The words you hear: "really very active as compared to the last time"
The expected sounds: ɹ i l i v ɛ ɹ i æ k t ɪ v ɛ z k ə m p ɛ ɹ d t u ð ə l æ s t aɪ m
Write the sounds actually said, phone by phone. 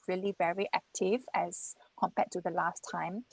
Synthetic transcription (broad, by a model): ɹ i l i v ɛ ɹ i æ k t ɪ v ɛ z k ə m p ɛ t u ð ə l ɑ s t aɪ m